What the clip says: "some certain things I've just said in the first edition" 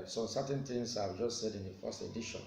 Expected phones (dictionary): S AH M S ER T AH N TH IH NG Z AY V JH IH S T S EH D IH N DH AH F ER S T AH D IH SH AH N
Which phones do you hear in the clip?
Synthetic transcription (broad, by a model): S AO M S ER T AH N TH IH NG S AY V JH IH S T S EH D IH N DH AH F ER S T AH D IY SH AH N